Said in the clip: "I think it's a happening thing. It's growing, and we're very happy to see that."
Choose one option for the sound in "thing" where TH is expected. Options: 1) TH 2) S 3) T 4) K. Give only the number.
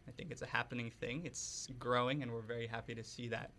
1